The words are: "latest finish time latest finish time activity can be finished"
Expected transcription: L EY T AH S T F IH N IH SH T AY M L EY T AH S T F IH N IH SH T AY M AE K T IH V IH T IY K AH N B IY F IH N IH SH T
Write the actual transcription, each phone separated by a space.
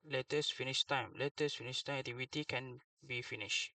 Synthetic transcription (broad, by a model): L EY T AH S F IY N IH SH T AY M L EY T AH S F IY N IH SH T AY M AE T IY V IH T IY K AH N B IY F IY N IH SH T